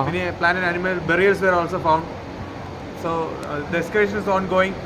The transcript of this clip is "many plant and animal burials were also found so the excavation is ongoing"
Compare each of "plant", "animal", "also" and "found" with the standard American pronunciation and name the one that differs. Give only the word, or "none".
plant